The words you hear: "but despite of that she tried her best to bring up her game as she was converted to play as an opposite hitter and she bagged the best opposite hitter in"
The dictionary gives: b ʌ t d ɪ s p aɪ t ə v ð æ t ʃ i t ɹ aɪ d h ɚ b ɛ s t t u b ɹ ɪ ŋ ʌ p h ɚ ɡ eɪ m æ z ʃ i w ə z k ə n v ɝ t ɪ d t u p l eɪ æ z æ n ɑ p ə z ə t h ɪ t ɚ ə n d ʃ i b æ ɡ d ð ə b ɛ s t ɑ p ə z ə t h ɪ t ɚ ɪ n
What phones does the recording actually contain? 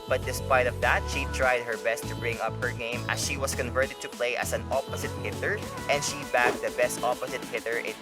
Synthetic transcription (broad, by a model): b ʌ t d ɪ s p aɪ t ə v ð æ t ʃ i t ɹ aɪ d h ɚ b ɛ s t t u b ɹ ɪ ŋ ʌ p h ɚ ɡ eɪ m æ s ʃ i w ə s k ə n v ɝ t ɪ d t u p l eɪ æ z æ n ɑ p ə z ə t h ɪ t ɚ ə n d ʃ i b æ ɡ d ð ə b ɛ s t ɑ p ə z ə t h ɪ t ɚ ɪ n